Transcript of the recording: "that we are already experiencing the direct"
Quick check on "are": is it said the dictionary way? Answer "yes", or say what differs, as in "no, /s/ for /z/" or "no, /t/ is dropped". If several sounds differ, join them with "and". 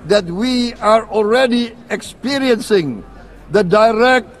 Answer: yes